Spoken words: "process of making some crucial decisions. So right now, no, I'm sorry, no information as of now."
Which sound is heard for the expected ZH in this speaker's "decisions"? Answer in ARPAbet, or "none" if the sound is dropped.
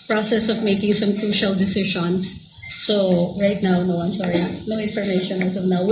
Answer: SH